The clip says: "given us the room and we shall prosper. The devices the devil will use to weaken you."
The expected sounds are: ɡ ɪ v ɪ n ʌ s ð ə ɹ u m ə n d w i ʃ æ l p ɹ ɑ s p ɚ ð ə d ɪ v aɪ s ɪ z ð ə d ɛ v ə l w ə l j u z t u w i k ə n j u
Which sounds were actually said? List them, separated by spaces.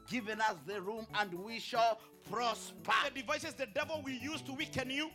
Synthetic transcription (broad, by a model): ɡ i v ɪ n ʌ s ð ə ɹ u m ə n d w i ʃ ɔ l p ɹ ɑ s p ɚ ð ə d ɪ v aɪ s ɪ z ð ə d ɛ v ə l w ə j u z t u w i k ə n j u